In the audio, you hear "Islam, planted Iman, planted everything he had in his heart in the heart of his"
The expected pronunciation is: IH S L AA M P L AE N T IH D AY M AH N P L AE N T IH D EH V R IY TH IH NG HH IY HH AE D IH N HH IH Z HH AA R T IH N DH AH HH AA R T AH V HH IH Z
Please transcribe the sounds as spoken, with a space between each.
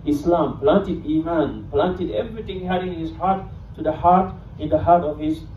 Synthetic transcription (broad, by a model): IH S L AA M P L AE N T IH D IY M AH N P L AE N T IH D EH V R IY T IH NG HH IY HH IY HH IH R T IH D HH AA R T IH N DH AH HH AA R T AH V HH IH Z